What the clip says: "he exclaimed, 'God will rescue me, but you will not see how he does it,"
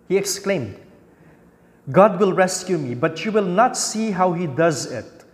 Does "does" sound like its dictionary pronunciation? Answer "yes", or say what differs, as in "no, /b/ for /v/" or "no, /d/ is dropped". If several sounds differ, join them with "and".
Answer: yes